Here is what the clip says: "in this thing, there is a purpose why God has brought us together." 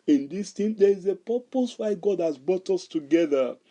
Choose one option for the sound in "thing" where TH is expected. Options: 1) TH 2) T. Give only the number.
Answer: 2